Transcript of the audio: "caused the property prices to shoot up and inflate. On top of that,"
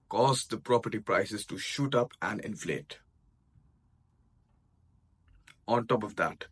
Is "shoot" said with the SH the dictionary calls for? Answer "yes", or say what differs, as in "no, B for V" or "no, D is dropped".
yes